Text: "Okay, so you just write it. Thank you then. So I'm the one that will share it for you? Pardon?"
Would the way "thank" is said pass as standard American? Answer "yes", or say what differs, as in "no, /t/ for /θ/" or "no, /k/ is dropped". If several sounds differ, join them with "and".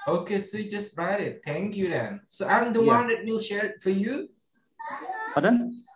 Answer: no, /t/ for /θ/